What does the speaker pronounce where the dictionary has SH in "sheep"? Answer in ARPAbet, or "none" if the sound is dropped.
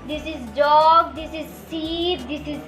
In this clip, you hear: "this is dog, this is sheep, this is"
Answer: S